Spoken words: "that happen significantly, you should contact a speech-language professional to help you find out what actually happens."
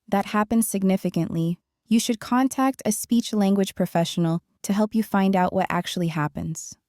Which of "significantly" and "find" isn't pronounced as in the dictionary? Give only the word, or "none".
none